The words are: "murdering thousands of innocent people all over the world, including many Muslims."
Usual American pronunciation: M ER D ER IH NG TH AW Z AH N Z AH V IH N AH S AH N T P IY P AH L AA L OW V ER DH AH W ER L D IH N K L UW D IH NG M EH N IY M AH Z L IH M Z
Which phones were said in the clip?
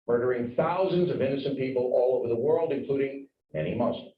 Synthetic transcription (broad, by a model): M ER D ER IH NG TH AW Z AH N Z AH V IH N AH S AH N P IY P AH L AA L OW V ER DH AH W ER L D IH N K L UW D IH NG M EH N IY M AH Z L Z